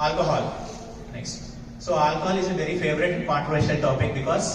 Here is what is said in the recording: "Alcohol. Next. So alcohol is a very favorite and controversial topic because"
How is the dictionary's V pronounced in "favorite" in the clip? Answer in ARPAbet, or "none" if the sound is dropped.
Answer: V